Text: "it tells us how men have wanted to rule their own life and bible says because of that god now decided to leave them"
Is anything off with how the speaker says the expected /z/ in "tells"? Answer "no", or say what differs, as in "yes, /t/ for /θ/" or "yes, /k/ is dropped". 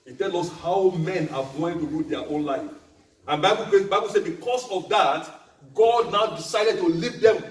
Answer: yes, /z/ is dropped